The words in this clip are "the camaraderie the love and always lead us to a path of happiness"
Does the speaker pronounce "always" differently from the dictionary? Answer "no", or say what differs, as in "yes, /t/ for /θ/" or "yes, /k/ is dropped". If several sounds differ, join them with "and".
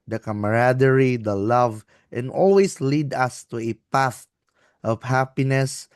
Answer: yes, /s/ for /z/